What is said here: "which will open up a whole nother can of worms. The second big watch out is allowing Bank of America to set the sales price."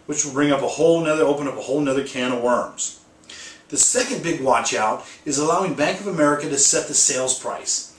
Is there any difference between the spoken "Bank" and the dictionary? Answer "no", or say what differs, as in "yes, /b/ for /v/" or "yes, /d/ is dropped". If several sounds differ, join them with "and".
no